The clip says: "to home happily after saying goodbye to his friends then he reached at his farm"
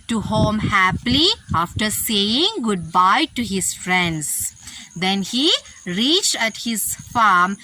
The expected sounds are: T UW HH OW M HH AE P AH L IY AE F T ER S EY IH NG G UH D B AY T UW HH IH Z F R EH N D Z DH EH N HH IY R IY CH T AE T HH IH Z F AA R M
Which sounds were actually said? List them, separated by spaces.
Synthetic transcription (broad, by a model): T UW HH OW M HH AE P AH L IY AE F T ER S EY IH NG G UH D B AY T UW HH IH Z F R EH N D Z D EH N HH IY R IY CH T AE T HH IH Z F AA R M